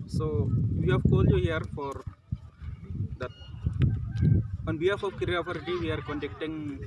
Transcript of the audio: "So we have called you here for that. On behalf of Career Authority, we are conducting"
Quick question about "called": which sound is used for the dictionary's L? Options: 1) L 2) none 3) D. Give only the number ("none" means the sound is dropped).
1